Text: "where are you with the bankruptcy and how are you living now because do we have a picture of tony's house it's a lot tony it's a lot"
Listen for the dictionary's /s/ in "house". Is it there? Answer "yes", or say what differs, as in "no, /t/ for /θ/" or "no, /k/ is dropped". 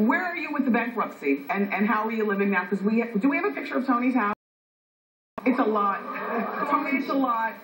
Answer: no, /s/ is dropped